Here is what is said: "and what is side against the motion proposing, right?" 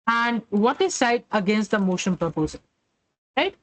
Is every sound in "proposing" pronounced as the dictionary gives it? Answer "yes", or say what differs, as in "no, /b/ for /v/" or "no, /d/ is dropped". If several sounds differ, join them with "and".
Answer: no, /ɹ/ is dropped